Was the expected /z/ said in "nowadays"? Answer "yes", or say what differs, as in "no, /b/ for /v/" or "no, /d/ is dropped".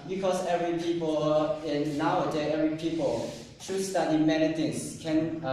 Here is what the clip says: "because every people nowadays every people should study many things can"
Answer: no, /z/ is dropped